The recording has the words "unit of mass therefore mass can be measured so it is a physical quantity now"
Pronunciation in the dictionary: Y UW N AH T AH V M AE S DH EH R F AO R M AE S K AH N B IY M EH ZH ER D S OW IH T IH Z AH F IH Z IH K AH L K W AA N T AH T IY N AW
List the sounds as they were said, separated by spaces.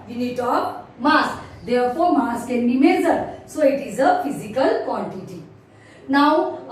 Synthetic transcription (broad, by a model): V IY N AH T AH P M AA S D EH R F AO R M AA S K AH N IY M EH Z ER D S OW IH T IH Z AH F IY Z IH K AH L K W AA N T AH T IY N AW